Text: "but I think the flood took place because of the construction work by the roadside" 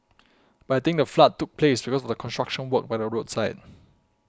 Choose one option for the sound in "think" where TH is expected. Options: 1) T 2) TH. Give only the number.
1